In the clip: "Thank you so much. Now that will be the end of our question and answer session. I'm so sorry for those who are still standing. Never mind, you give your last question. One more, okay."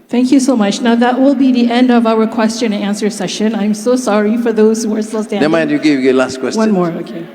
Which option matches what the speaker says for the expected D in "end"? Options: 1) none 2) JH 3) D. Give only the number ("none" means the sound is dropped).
3